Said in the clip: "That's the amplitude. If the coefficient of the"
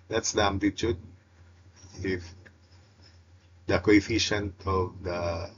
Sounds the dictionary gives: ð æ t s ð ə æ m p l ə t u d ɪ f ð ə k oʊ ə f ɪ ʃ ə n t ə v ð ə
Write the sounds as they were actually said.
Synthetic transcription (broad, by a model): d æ t s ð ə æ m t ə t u d ɪ f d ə k oʊ ə f ɪ ʃ ə n t ə v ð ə